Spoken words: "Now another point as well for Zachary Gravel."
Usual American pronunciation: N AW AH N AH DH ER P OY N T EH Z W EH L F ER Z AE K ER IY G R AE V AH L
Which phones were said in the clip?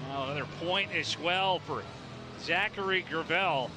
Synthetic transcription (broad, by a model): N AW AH AH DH ER P OY N T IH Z W EH L F ER Z AE K ER IY G R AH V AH L